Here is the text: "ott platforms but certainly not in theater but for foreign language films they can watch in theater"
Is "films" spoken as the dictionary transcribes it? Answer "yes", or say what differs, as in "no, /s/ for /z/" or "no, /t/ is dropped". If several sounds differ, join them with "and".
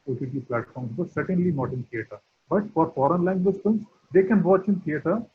no, /l/ is dropped